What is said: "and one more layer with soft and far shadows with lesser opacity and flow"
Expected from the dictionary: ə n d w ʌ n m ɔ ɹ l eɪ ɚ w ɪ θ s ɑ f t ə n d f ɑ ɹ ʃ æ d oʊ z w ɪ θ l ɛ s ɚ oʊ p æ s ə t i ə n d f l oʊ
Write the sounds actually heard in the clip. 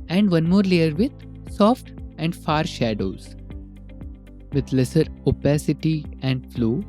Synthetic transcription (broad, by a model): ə n d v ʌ n m ɔ ɹ l eɪ ɚ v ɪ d s ɑ f t ə n d f ɑ ɹ ʃ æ d oʊ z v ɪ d l ɛ s ɚ oʊ p æ s ə t i ə n d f l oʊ